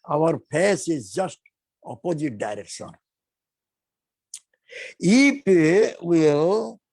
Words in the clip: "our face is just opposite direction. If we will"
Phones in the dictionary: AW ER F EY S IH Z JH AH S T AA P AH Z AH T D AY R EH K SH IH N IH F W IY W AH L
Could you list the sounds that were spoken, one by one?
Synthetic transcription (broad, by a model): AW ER P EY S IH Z JH AH S T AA P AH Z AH T D AY R EH K SH IH N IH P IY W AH L